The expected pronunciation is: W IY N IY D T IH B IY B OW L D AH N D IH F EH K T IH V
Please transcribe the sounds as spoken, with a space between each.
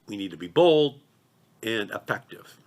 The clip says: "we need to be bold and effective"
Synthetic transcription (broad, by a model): W IY N IY D T IH B IY B OW L D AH N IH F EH K T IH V